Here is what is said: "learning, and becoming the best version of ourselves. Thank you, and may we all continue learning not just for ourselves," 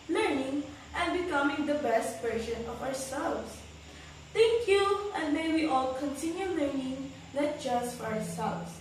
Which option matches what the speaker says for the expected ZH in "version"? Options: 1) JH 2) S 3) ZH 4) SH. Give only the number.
4